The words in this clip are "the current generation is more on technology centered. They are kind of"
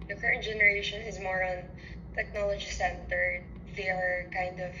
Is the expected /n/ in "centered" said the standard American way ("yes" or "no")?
yes